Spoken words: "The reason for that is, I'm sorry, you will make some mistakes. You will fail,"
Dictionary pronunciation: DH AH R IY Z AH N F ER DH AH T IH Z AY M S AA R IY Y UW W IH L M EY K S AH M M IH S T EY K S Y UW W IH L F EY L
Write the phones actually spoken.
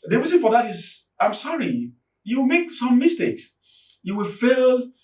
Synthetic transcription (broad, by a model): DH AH R IY Z AH N F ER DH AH T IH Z AY M S AA R IY Y UW W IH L M EY K S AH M M IH S T EY K S Y UW W IH L F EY L